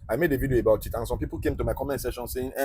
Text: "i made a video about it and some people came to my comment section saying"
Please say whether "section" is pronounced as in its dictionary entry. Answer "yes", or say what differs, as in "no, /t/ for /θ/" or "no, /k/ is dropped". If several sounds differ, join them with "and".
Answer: no, /k/ is dropped